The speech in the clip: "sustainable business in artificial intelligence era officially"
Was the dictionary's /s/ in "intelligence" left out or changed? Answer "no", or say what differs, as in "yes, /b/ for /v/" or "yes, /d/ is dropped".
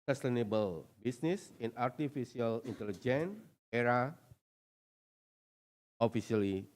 yes, /s/ is dropped